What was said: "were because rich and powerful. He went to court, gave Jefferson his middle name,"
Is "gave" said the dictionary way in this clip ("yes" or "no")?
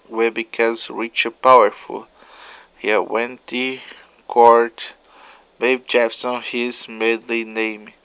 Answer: no